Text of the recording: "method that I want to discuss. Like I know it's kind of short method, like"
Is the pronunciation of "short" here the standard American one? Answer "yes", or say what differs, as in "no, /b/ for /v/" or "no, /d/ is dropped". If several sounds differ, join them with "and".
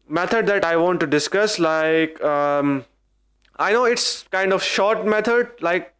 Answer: yes